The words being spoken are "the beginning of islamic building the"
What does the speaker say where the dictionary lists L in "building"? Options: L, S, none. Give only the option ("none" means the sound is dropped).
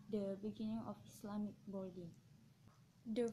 none